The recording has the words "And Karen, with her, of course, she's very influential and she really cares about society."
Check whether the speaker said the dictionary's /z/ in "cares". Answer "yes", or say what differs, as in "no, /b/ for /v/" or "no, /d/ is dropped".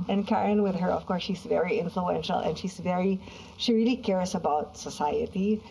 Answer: no, /s/ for /z/